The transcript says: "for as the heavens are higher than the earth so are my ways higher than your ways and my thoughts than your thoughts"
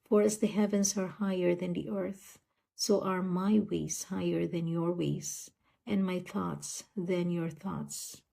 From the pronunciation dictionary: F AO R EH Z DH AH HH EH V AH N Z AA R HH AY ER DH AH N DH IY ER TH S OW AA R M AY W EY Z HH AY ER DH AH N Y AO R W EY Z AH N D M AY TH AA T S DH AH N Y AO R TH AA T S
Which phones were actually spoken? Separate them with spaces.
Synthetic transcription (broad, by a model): F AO R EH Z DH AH HH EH V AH N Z AA R HH AY ER DH AH N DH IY ER TH S OW AA R M AY W EY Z HH AY ER DH AH N Y AO R W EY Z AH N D M AY TH AA T S DH AH N Y AO R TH AA T S